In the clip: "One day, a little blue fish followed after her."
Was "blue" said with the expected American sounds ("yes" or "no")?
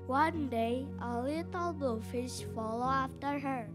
no